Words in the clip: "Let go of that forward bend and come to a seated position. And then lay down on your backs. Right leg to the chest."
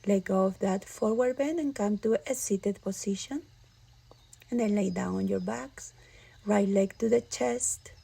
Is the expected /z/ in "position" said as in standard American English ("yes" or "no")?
no